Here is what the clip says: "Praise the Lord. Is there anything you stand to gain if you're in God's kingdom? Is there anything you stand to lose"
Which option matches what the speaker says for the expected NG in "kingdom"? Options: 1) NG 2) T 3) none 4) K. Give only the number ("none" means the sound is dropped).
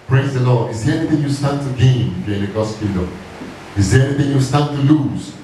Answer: 3